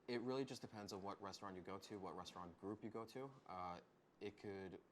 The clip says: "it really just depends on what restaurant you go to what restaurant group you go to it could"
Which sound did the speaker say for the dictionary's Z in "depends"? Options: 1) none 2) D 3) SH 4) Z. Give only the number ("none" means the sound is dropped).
4